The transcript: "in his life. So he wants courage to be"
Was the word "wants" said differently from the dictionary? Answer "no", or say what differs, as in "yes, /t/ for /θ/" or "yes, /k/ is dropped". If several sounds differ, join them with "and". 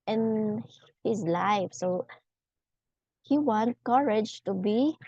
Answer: yes, /s/ is dropped